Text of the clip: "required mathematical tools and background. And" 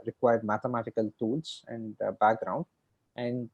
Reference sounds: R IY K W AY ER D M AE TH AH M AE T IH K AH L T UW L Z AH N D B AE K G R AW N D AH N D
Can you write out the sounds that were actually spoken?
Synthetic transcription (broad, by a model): R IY K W AY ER D M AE T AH M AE T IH K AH L T UW L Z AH N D B AE K G R AW N D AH N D